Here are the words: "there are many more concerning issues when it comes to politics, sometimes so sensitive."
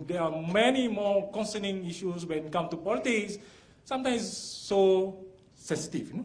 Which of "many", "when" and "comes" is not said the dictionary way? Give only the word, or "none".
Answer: comes